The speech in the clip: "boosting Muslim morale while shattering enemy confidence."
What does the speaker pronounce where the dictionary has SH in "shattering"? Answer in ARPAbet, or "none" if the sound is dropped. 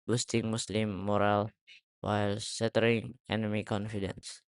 S